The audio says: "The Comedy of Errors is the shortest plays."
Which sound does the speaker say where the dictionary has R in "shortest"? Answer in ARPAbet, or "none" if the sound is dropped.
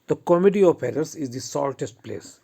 L